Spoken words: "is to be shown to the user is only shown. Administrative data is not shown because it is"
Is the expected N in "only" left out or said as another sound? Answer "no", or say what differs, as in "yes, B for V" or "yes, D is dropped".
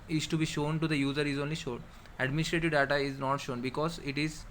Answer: no